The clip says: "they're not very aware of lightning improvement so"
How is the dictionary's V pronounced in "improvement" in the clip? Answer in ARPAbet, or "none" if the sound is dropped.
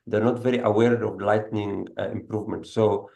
V